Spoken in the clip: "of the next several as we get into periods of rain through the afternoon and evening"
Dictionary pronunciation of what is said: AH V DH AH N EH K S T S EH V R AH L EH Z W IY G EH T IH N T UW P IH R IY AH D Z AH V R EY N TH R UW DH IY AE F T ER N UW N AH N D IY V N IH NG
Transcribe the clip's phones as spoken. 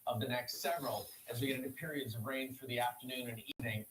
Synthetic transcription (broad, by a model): AH V DH AH N EH K S T S EH V R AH L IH Z W IY G EH T IH N T UW P IH R IY AH D Z AH V R EY N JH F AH DH IY AE F T ER N UW N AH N IY V N IH NG